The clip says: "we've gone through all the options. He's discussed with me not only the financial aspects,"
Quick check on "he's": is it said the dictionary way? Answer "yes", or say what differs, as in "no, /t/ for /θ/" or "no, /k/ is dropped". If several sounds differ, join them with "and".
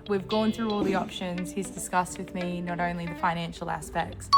yes